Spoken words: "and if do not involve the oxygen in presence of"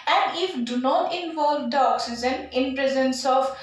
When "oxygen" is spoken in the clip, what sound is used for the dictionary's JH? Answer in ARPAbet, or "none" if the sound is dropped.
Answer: Z